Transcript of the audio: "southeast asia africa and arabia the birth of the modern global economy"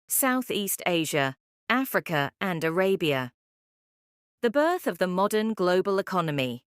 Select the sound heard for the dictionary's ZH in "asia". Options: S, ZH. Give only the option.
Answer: ZH